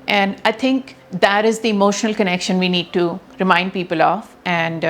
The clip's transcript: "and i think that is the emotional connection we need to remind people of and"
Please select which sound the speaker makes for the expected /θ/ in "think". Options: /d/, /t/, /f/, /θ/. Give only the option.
/t/